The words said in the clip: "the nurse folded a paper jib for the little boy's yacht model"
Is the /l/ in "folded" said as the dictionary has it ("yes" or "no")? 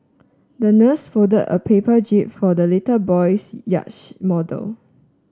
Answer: no